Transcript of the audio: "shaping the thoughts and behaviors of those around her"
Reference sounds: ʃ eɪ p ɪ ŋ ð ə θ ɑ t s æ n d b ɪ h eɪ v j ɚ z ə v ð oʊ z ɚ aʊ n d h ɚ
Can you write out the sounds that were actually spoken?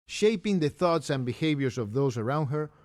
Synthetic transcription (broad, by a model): ʃ eɪ p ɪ ŋ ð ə θ ɑ t s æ n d b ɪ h eɪ v j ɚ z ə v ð oʊ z ɚ aʊ n d h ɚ